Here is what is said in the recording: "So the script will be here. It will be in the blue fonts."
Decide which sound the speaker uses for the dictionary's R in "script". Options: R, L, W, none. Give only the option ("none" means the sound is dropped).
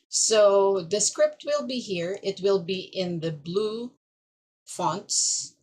R